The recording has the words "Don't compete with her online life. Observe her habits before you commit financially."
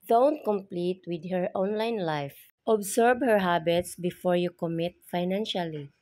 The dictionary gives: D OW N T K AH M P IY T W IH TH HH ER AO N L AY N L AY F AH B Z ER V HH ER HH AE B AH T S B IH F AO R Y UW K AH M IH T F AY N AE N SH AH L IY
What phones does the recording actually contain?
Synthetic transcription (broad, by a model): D OW N T K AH M P IY T W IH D HH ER AO N L AY N L AY F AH B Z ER B HH ER HH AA B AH T S B IH F AO R Y UW K AH M IH T F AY N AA N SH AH L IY